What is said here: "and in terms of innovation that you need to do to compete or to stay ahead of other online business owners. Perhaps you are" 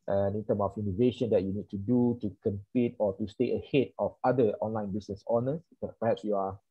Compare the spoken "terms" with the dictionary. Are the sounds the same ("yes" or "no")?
no